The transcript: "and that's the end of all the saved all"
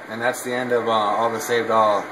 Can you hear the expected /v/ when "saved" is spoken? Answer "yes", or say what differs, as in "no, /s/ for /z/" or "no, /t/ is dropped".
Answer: yes